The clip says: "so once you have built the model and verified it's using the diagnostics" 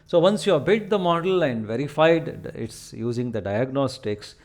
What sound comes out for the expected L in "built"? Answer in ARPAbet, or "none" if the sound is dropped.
none